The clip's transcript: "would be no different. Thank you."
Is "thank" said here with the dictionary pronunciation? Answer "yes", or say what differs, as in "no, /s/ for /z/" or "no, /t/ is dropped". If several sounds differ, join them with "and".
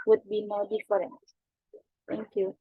no, /t/ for /θ/